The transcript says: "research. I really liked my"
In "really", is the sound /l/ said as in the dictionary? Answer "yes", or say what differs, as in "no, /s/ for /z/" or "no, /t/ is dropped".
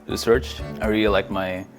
yes